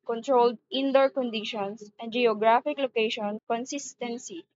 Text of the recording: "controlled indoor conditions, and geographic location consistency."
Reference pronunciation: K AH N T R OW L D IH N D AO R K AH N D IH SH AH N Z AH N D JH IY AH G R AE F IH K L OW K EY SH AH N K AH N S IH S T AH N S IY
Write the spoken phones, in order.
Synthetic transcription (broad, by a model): K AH N T R OW L D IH N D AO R K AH N D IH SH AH N S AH N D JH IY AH G R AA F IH K L OW K EY SH AH N K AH N S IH S T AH N S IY